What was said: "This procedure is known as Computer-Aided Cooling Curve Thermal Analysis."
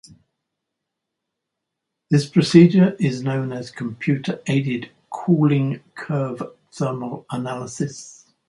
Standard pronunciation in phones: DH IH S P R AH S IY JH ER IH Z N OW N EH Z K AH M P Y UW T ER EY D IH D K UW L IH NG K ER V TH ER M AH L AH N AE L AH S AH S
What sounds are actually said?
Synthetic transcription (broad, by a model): DH IH S P R AH S IY JH ER IH Z N OW N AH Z K AH M P Y UW T ER EY D IH D K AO L IH NG K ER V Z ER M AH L AH N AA L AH S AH S